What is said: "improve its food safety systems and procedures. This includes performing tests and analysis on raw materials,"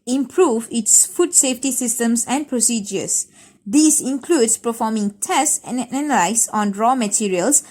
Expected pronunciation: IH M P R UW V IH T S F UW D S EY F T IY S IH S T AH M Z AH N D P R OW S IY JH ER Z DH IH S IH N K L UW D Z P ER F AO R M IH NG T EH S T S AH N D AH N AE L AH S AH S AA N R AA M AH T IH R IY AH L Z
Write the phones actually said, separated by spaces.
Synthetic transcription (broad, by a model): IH M P R UW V IH T S F UW D S EY F T IY S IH S T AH M S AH N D P R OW S IY JH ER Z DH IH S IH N K L UW D S P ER F AO M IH NG T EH S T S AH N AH N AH L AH AH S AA N R AA M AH T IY R IY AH L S